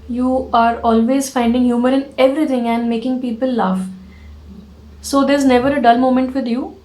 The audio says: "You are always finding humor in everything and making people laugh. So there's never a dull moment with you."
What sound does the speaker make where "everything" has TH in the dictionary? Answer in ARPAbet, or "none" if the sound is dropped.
T